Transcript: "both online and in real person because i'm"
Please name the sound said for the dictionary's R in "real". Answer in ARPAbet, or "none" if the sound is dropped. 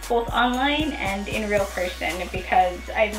R